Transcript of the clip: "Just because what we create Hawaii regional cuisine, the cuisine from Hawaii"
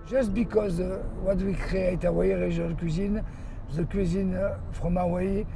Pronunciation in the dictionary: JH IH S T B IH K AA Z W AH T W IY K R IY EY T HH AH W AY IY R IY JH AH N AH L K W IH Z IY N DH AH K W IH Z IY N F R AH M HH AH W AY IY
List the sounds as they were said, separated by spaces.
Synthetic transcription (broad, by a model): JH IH S T B IH K AA Z W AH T W IY K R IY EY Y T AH W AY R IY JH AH L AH K W IH Z IY N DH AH K W IH Z IY N F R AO M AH W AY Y